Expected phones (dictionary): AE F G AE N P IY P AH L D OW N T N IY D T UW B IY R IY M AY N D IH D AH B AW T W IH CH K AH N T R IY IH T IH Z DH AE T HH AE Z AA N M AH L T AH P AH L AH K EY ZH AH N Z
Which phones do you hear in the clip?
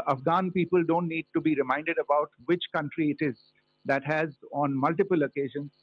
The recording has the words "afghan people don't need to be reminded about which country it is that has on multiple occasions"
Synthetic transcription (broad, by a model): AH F G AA N P IY P AH L D OW N T N IY D T UW B IY R IY M AY N D IH D AH B AW T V IH CH K AH N T R IY IH T IH Z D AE T HH AE Z AA N M AH L T AH P AH L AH K EY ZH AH N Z